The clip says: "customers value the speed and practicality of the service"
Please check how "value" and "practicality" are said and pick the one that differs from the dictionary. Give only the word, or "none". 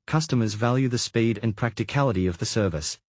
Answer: none